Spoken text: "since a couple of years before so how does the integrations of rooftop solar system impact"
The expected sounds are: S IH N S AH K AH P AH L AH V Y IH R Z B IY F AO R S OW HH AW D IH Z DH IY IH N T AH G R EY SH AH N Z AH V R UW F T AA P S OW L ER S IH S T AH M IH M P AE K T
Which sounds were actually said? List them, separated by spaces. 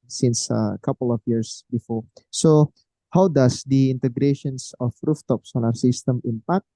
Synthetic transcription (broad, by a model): S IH N S AH K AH P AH L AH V Y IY R S B IY F AO R S OW HH AW D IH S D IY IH N T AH G R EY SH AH N S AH F R UW F T AA P S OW N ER S IH S T AH M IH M P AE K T